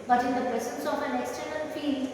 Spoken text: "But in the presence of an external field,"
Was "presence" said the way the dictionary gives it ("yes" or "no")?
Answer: no